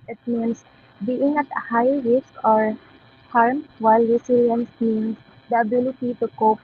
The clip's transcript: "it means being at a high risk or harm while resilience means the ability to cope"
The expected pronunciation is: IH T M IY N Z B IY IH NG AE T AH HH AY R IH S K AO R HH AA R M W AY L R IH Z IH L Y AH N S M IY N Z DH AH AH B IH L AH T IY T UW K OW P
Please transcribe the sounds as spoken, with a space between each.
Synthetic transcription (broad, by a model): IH T M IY N S B IY IH NG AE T AH HH AY R IH S K AO R HH AA R M W AY L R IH S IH L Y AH N S M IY N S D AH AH B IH L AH T IY T UW K OW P